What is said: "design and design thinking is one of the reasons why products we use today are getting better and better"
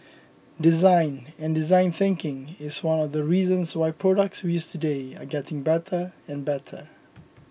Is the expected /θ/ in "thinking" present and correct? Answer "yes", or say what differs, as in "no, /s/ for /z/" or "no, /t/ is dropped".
yes